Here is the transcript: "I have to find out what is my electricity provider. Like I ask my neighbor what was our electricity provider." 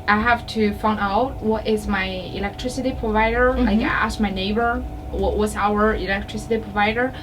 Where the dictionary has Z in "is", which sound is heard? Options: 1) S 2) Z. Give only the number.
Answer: 2